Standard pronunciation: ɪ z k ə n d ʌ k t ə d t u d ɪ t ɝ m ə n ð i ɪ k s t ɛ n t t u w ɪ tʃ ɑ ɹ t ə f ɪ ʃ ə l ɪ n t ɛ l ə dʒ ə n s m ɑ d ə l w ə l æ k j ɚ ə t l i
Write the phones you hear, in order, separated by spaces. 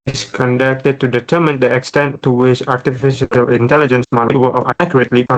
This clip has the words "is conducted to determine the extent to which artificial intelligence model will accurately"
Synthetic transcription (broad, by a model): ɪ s k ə n d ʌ k t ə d t u d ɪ t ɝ m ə n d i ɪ k s t ɛ n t t u w ɪ tʃ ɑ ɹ t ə f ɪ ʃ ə l ɪ n t ɛ l ə dʒ ə n s m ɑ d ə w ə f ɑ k j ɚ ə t l i